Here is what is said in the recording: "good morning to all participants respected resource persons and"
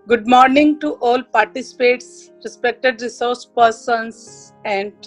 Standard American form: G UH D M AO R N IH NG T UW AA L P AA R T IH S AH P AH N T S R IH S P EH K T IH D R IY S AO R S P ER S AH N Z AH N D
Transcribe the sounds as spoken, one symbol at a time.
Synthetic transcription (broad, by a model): G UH D M AO R N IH NG T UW AA L P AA R T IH S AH P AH T S R IH S P EH K T IH D R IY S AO R S P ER S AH N S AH N D